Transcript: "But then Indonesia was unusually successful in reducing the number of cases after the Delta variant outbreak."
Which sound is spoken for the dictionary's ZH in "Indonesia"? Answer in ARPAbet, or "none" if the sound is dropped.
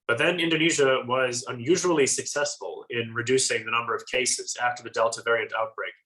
ZH